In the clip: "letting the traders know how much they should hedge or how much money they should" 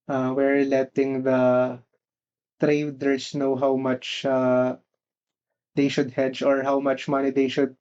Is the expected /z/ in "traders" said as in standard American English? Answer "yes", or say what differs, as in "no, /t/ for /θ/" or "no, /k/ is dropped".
no, /s/ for /z/